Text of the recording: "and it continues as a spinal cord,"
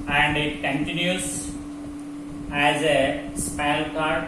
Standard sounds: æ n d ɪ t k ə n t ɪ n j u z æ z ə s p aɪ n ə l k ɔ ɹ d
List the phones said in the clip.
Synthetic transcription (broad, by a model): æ n d ɪ t k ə n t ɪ n j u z æ z ə s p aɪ ə l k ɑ ɹ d